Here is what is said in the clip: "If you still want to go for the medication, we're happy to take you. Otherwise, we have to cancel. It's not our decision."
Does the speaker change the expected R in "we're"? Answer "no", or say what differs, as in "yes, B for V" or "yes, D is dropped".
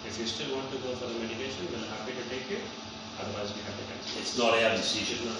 yes, L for R